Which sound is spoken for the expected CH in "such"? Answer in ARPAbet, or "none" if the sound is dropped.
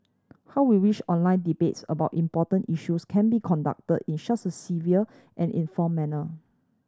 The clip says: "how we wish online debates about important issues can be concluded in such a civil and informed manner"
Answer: S